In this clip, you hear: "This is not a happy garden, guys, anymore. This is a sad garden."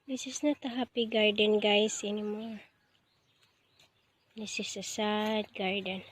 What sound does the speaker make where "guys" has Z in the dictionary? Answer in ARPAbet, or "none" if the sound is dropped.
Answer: S